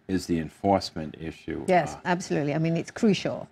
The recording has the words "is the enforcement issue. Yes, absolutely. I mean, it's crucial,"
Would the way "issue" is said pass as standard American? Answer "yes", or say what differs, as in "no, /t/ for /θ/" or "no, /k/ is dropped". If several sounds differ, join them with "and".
yes